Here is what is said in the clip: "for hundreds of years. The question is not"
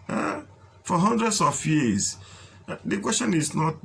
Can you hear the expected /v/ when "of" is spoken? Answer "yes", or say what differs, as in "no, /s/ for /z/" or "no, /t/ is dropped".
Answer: no, /f/ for /v/